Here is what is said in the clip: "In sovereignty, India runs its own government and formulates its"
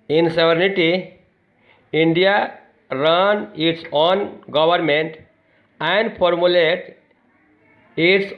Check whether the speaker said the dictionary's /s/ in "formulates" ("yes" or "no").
no